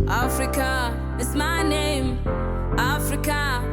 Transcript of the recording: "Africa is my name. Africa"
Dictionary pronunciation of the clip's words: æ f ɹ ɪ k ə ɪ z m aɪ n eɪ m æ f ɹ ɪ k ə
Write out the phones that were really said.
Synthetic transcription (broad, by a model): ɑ f ɹ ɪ k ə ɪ s m aɪ n eɪ m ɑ f ɹ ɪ k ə